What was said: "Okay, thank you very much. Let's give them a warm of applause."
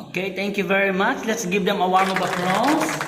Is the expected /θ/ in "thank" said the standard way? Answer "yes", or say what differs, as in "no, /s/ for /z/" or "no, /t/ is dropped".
no, /t/ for /θ/